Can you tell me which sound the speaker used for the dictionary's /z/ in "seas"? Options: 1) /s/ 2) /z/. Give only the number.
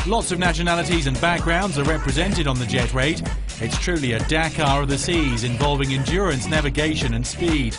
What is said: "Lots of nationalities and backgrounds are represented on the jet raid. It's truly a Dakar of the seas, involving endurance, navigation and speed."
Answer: 2